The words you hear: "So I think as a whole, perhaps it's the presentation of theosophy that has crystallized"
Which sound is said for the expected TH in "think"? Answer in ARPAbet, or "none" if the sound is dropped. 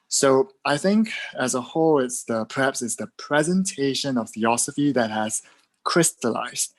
TH